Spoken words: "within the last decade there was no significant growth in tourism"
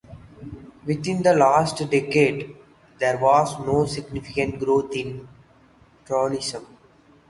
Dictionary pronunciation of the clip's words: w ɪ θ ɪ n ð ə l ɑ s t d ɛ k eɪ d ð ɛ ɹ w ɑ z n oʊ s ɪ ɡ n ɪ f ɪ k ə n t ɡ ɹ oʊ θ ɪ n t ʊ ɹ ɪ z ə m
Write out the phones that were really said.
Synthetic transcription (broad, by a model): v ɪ t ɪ n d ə l ɑ s t d ɛ k eɪ d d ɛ ɹ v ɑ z n oʊ s ɪ ɡ n ɪ f ɪ k ə n t ɡ ɹ oʊ t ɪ n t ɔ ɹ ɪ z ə m